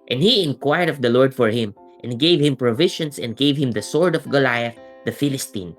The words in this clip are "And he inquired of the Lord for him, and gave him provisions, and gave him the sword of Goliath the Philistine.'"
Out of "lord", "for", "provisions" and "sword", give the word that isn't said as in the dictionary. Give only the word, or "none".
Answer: provisions